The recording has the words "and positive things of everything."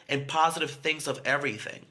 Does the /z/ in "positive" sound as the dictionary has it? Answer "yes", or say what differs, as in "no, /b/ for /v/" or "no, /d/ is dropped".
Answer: yes